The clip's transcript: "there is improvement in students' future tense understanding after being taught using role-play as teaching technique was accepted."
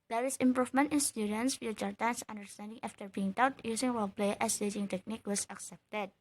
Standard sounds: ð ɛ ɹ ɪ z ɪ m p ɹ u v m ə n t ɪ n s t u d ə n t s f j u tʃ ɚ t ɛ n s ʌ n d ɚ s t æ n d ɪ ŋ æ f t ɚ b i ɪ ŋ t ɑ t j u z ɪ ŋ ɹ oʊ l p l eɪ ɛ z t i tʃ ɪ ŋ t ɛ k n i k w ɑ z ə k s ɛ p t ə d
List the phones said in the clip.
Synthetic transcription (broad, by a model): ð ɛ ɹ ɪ s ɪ m p ɹ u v m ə n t ɪ n s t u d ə n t s f j u tʃ ɚ t ɛ n s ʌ n d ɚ s t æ n d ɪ ŋ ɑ f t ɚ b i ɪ ŋ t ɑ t j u s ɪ ŋ w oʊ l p l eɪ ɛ s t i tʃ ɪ ŋ t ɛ k n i k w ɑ s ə k s ɛ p t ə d